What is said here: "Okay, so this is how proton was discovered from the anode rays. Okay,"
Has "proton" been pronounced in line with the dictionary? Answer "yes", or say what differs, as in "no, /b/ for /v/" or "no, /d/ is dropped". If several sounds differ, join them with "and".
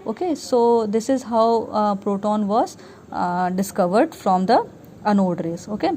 yes